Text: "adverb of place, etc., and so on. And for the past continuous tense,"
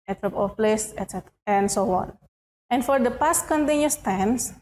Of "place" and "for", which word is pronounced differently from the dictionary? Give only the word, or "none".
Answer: none